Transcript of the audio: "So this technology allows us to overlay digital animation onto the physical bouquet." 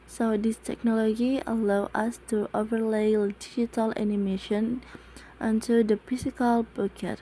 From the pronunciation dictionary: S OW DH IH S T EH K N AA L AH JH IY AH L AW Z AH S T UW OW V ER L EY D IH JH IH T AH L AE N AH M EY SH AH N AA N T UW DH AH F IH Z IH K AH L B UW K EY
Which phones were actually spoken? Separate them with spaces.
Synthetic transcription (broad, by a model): S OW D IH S T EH K N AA L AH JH IY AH L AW AH S T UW OW V ER L EY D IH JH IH T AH L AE N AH M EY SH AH N AA N T UW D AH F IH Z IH K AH L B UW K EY